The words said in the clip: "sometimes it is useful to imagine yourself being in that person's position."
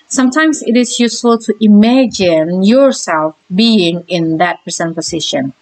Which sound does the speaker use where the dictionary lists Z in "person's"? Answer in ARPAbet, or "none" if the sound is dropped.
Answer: none